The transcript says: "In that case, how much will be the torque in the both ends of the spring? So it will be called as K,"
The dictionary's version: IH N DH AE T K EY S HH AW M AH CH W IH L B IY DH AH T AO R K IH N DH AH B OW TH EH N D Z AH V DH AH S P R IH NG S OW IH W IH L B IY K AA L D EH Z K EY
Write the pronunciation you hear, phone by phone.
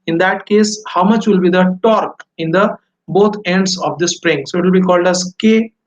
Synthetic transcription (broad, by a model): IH N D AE T K EY S HH AW M AH CH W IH L B IY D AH T AO R K IH N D AH B OW T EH N D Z AH V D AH S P R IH NG S OW IH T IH L B IY K AA L D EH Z K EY